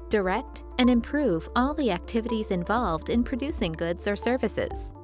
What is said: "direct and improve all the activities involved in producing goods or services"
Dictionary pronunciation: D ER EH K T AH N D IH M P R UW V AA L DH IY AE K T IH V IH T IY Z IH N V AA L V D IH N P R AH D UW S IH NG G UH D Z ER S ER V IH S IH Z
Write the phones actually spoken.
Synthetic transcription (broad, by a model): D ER EH K T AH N IH M P R UW V AA L DH IY AE K T IH V IH T IY Z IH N V AA L V D IH N P R AH D UW S IH NG G UH D Z ER S ER V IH S IH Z